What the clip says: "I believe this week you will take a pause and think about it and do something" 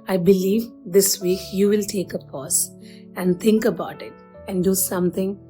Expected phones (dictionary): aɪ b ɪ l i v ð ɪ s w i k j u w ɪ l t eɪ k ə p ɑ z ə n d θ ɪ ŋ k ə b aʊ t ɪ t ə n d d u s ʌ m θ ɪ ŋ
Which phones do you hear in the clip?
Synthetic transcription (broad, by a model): aɪ b ɪ l i v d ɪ s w i k j u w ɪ l t eɪ k ə p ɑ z ə n d t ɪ ŋ k ə b aʊ t ɪ t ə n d d u s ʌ m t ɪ ŋ